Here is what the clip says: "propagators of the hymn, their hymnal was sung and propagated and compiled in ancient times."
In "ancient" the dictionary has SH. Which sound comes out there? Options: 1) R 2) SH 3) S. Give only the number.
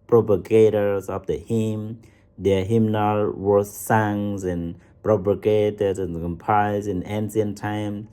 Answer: 3